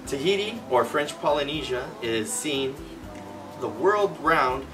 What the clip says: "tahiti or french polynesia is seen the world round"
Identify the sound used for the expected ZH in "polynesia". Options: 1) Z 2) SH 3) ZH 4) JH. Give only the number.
3